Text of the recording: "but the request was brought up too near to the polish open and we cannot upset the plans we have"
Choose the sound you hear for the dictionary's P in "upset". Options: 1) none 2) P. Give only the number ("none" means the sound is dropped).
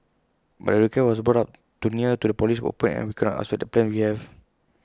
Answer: 1